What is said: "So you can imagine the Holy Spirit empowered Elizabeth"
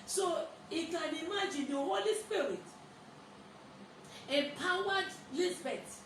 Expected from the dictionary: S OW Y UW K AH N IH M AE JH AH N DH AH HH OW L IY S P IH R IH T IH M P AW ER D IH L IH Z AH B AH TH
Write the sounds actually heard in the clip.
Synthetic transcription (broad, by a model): S OW Y UW K AH N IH M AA JH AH N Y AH HH OW L IY S P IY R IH T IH P AW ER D L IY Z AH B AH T